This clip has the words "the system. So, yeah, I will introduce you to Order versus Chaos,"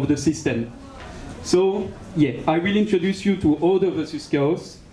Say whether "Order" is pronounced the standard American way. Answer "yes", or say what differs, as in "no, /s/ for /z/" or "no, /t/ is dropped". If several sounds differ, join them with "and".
no, /l/ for /ɹ/